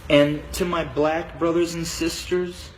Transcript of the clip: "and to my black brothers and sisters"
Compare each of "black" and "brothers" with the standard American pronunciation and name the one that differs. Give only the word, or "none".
none